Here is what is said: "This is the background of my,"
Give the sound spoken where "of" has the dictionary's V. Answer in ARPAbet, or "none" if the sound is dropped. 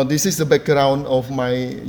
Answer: F